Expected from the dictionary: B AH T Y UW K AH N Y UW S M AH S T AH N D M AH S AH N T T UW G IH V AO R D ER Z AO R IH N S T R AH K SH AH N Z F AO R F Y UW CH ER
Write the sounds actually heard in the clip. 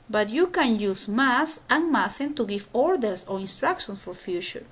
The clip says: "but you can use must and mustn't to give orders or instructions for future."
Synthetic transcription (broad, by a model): B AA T Y UW K AH N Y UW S M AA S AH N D M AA S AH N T T UW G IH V AO R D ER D AO R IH N S T R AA K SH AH N S F AO R F Y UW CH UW